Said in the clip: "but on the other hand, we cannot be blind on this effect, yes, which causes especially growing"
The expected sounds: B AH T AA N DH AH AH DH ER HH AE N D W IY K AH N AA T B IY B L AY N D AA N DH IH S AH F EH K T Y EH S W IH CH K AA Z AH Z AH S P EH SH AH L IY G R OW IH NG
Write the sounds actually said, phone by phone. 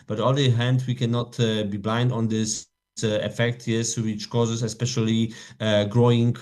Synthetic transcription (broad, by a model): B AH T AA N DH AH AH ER HH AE N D W IY K AH N AA T B IY B L AY N D AA N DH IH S AH F EH K T Y EH S W IH CH K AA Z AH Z AH S P EH SH AH L IY G R OW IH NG